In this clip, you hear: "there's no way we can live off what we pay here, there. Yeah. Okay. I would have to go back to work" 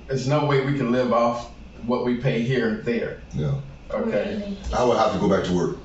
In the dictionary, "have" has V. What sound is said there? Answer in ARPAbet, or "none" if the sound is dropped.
F